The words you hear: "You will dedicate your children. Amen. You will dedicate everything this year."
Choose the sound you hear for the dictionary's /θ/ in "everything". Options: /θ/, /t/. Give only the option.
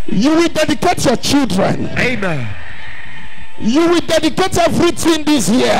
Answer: /t/